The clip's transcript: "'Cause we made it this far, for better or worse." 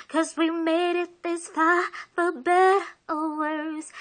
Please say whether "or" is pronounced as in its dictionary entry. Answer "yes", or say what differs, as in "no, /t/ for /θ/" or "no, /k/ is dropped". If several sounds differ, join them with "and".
no, /l/ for /ɹ/